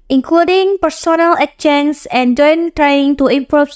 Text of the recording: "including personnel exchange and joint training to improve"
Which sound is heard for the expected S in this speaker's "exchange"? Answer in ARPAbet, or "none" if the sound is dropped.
none